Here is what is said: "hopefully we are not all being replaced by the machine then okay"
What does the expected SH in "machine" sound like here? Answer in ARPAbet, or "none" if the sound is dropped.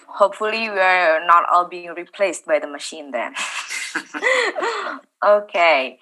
SH